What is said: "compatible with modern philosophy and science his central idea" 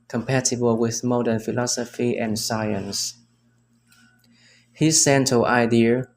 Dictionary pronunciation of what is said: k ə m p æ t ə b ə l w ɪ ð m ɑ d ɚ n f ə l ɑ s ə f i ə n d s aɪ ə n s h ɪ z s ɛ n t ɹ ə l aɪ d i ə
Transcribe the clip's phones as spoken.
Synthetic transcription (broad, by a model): k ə m p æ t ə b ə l w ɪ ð m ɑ d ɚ n f ə l ɑ s ə f i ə n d s aɪ ə n s h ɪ s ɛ n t ə aɪ d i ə